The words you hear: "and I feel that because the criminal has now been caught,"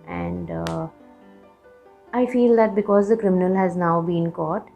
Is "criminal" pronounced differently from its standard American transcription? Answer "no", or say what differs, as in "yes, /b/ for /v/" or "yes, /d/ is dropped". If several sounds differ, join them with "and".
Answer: no